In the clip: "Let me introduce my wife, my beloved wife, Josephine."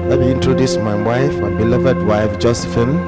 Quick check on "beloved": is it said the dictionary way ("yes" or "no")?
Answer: yes